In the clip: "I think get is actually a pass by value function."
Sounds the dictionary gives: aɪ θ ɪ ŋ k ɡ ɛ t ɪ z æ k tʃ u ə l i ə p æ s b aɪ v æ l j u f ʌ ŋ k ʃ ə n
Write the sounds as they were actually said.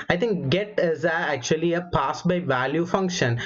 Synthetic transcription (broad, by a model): aɪ t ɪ ŋ k ɡ ɛ t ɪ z æ k tʃ u ə l i ə p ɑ s b aɪ v æ l j u f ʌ ŋ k ʃ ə n